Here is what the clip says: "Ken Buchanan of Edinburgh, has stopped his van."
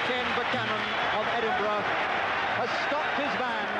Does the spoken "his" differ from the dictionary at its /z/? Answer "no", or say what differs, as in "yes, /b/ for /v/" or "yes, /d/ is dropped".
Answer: no